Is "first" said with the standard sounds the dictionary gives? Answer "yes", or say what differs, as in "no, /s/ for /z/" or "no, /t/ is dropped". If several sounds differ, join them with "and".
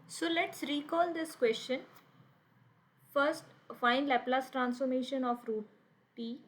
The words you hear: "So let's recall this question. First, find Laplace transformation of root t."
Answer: yes